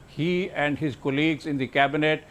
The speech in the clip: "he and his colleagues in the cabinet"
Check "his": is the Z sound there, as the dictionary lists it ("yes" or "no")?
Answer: yes